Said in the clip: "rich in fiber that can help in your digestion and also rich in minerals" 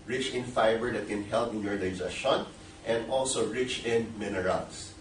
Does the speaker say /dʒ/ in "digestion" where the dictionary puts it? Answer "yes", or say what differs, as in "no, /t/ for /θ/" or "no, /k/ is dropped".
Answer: no, /z/ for /dʒ/